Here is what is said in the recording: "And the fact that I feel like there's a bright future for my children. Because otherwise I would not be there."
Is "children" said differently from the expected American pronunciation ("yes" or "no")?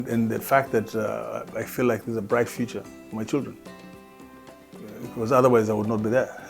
no